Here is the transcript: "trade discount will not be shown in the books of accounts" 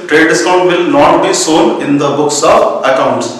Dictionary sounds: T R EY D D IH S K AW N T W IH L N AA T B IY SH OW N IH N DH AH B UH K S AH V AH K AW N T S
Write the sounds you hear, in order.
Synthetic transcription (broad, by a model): T R EY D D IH S K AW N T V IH L N AA T B IY S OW N IH N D AH B UH K S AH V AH K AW N T S